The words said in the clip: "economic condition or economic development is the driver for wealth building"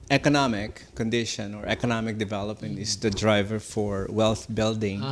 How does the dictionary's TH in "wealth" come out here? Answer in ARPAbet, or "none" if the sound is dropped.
T